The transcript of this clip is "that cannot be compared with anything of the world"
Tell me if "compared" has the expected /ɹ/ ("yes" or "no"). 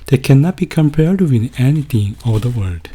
yes